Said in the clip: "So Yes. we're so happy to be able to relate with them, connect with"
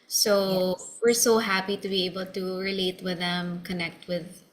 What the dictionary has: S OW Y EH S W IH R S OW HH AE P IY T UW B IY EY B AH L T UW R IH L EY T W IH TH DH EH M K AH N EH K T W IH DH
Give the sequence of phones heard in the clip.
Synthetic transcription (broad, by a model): S OW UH W IH R S OW HH AE P IY T UW B IY EY B AH L T UW R IH L EY T W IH DH EH M K AH N EH K T W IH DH